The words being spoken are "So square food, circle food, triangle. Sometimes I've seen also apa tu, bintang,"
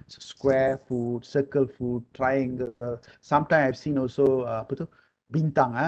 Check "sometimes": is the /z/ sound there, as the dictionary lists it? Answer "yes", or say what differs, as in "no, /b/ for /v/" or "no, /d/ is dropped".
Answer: no, /z/ is dropped